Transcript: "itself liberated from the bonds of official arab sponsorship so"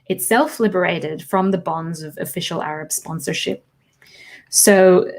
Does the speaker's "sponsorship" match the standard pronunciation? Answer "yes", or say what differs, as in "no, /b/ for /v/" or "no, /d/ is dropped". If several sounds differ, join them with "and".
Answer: yes